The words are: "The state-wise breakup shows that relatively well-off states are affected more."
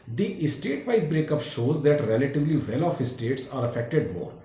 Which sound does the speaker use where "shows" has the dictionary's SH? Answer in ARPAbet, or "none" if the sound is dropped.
SH